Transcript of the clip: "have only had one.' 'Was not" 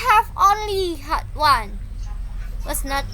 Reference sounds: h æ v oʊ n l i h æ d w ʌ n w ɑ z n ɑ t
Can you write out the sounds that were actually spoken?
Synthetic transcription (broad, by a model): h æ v oʊ n l i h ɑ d w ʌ n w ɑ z n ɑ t